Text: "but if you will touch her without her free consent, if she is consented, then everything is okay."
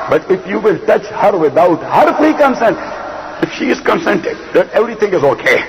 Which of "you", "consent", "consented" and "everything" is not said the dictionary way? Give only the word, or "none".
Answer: everything